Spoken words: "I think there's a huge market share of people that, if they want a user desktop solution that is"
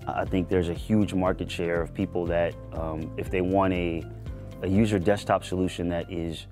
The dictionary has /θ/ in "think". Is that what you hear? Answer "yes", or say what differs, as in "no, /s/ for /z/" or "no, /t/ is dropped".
yes